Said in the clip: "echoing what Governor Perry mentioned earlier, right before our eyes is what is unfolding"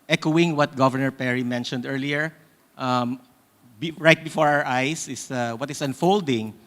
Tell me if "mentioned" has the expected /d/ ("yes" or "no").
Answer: yes